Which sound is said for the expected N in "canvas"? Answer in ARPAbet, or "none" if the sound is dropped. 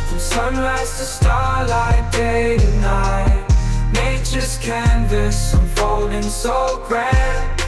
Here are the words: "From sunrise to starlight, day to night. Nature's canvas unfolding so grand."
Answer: N